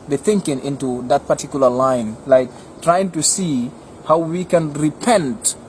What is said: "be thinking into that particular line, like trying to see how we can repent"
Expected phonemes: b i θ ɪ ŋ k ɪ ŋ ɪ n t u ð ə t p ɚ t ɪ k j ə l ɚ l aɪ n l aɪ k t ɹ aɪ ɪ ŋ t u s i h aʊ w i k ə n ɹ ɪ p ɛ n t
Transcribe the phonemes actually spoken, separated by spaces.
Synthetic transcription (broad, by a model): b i θ ɪ ŋ k ɪ ŋ ɪ n t u ð ə t p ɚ t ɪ k j l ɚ l aɪ n l aɪ k t ɹ aɪ ɪ ŋ t u s i h aʊ w i k ə n ɹ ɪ p ɛ n t